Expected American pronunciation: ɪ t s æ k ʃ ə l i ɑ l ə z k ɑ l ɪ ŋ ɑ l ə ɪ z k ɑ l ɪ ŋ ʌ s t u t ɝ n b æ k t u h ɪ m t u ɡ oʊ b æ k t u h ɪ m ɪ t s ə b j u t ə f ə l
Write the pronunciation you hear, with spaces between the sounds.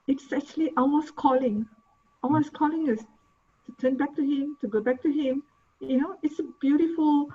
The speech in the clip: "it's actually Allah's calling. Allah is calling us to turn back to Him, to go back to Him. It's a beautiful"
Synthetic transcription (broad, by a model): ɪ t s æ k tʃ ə l i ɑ w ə s k ɑ l ɪ ŋ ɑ w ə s k ɑ l ɪ ŋ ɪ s t u t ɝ n b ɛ k t u h ɪ m t u ɡ oʊ b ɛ k t u h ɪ m ɪ t s ə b j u t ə f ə l